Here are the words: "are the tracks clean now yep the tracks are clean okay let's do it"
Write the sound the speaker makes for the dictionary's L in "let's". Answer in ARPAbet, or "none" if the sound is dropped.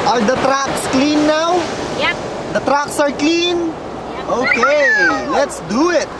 L